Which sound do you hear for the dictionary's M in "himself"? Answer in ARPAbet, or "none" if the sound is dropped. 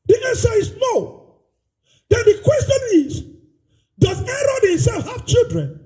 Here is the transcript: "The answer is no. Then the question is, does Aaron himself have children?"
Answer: none